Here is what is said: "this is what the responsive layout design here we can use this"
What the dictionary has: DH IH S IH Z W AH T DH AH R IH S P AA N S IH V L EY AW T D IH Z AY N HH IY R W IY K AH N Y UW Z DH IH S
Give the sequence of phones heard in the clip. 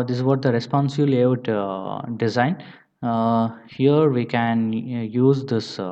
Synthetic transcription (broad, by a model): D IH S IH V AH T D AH R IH S P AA N S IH B L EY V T D IH Z AY N HH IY R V IY K AH N Y UW Z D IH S